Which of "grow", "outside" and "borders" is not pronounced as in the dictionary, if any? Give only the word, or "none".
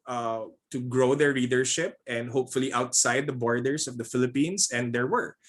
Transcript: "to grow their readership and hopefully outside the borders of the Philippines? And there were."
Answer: borders